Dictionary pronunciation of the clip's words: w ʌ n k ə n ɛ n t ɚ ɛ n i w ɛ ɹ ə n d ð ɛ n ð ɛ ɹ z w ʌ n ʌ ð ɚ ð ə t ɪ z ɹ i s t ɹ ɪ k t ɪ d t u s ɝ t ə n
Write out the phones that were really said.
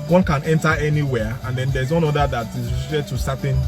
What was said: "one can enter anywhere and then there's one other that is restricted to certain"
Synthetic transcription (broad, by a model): w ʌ n k ə n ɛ n t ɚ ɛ n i w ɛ ə n d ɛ n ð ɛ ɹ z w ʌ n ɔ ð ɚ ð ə t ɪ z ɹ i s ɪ t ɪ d t u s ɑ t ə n